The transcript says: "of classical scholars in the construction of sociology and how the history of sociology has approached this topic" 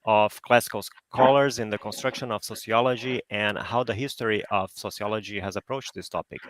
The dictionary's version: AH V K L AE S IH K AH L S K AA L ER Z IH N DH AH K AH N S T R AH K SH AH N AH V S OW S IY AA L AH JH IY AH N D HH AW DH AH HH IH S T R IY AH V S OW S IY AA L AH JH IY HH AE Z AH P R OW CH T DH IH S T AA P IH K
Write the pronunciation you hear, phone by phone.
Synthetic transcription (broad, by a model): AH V K L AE S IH K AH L S K AA L ER Z IH N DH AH K AH N S T R AH K SH AH N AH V S OW S IY AA L AH JH IY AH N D HH AW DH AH HH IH S T R IY AH V S OW S IY AA L AH JH IY HH AE Z AH P R OW CH T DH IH S T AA P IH K